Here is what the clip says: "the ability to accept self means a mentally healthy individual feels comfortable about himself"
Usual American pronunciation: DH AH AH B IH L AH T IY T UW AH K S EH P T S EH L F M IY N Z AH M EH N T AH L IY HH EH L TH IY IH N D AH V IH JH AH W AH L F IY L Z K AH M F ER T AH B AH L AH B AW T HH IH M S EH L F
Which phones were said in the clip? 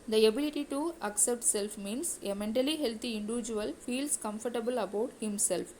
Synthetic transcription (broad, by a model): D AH AH B IH L AH T IY T UW AH K S EH P T S EH L F M IY N S AH M EH N T AH L IY HH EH L T IY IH N D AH V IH JH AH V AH L F IY L S K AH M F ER T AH B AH L AH B AW T HH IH M S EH L F